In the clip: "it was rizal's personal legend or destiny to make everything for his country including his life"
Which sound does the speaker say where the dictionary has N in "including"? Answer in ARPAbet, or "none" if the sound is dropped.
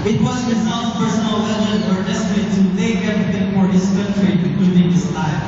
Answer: none